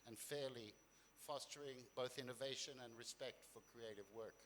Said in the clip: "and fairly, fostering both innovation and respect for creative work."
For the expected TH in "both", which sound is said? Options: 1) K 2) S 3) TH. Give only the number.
3